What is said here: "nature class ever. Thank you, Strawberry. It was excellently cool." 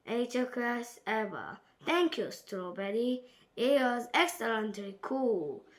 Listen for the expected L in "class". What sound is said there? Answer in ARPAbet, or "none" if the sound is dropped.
none